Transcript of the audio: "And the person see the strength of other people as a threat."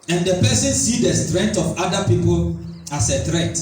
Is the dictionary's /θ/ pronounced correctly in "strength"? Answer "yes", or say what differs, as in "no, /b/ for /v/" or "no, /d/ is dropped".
no, /t/ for /θ/